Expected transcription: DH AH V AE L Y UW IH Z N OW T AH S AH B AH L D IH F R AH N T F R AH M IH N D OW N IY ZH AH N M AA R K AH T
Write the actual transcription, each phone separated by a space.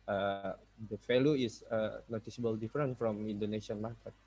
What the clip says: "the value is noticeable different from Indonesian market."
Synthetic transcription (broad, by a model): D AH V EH L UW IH S N OW T AH S AH B AH L D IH F R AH N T F R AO M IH N D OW N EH S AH N M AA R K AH T